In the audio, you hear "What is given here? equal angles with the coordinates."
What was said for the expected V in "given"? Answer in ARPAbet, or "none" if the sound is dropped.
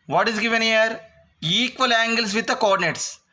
V